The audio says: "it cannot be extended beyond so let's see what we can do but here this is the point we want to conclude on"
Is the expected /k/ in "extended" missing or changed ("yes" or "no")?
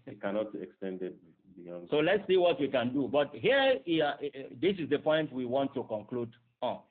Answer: no